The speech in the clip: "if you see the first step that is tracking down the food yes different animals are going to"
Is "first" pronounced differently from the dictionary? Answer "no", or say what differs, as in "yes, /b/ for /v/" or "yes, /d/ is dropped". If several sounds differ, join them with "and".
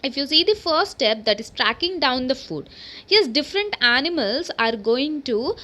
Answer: yes, /s/ is dropped